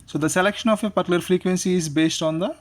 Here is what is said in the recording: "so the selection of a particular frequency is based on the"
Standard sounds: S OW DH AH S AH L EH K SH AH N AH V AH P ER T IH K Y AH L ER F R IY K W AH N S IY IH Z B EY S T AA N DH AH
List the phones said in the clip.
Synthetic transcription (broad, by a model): S OW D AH S AH L EH K SH AH N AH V AH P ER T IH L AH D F R IY K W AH N S IY IH Z B EY S T AA N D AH